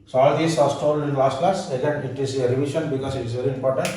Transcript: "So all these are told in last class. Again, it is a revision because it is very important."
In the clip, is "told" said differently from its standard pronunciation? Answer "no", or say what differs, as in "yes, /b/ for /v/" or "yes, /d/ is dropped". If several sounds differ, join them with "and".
yes, /d/ is dropped